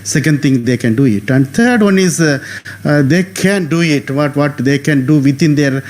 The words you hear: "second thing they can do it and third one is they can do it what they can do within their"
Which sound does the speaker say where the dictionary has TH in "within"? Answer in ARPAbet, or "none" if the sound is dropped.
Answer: T